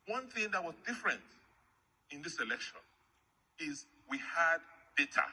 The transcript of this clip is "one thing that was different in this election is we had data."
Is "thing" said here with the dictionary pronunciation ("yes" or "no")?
yes